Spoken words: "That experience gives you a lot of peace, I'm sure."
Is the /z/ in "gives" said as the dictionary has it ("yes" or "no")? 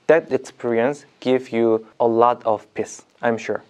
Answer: no